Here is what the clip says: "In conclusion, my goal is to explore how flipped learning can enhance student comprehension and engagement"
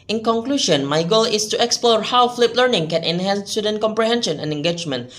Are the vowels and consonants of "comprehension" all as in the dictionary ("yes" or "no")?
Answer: yes